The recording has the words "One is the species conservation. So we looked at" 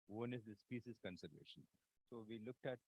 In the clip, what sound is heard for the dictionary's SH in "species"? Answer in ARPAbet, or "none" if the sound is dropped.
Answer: S